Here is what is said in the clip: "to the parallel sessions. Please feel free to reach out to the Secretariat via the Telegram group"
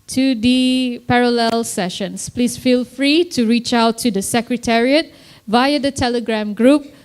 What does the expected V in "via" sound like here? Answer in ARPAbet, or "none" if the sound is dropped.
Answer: V